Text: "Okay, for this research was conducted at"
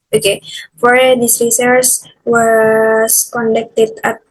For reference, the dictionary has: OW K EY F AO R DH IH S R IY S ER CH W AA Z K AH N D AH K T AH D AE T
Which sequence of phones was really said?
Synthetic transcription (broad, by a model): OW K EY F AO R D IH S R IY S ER S W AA S K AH N D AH K T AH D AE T